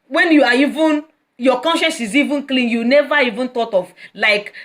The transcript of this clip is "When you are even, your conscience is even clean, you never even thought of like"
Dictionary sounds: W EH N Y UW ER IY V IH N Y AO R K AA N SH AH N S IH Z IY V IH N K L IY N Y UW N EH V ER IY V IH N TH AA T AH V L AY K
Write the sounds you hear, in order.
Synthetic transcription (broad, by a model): W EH N Y UW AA IY V IH N Y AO K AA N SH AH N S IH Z IY V IH N K L IY N Y UW N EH V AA IY V IH N T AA T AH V L AY K